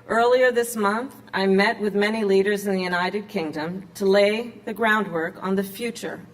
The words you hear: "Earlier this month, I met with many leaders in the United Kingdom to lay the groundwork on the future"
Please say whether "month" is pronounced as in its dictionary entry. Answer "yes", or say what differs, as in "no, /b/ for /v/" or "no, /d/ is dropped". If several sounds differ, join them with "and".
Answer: yes